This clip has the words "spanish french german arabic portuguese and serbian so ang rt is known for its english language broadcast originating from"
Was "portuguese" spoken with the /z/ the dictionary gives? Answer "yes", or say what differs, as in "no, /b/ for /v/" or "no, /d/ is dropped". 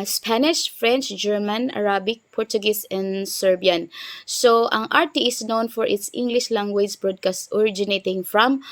no, /s/ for /z/